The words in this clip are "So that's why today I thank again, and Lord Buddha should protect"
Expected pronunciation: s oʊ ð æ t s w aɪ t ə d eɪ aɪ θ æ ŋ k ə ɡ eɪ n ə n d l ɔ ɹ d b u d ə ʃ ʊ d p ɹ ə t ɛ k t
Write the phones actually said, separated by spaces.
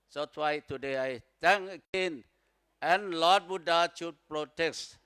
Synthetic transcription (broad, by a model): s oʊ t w aɪ t ə d eɪ aɪ t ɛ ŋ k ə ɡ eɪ n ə n l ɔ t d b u d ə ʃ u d p ɹ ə t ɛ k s